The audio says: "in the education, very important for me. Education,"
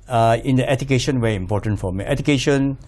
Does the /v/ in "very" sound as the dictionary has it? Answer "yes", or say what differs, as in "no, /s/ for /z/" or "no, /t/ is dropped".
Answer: no, /w/ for /v/